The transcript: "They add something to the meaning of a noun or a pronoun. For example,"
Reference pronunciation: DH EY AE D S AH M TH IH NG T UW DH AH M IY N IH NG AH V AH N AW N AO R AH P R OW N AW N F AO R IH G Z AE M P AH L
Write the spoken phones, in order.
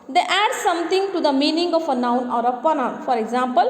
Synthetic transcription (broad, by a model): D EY AE D S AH M T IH NG T UW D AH M IY N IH NG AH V AH N AW N AO R AH P OW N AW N F AO R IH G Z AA M P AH L